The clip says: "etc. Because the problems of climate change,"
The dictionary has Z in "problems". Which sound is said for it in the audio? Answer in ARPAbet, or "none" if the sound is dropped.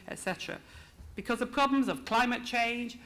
Z